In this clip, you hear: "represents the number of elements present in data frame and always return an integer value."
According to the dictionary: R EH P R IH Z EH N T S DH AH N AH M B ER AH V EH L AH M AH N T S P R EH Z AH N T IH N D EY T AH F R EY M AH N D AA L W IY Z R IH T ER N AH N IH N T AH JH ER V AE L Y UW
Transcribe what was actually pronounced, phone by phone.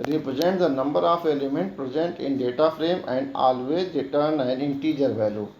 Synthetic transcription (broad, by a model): R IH P R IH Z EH N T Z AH N AH M B ER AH F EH L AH M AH N T P R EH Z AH N T IH N D EY T AH F R EY M AH N D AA L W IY R IH T ER N AH N IH N T AH JH ER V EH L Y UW